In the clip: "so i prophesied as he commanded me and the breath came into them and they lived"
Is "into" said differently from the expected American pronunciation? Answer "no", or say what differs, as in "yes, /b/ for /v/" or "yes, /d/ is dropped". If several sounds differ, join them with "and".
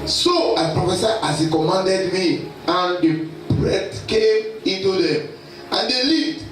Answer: no